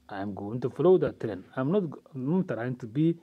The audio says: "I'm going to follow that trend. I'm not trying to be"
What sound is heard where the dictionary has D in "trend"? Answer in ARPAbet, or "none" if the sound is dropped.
none